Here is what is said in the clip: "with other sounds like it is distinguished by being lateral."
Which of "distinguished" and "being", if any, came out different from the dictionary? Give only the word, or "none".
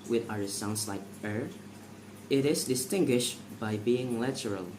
none